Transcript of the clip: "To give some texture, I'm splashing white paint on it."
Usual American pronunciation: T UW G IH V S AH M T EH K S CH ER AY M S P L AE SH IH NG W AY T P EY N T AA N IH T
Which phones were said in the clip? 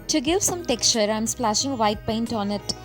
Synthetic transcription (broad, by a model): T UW G IH V S AH M T EH K S CH ER AY M S P L AE SH IH NG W AY T P EY N T AA N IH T